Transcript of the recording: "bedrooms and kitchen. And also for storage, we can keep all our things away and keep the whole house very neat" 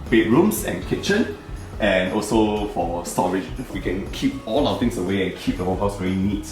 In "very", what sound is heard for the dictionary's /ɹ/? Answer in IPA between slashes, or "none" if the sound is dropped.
/l/